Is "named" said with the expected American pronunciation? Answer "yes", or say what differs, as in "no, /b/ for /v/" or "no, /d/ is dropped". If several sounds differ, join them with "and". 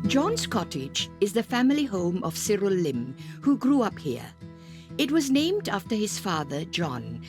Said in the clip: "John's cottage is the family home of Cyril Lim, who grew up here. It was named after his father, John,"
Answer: yes